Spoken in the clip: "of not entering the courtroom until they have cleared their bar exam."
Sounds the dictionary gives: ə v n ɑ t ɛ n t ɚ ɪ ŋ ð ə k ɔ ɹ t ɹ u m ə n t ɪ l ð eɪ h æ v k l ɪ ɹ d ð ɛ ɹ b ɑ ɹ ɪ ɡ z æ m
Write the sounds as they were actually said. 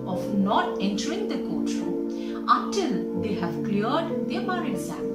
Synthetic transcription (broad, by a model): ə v n ɑ t ɛ n t ɚ ɪ ŋ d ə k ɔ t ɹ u ə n t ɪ l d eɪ h æ v k l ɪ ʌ d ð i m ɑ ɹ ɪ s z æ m